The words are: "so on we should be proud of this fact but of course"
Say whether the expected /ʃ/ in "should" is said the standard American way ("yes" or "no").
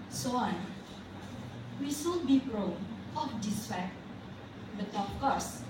no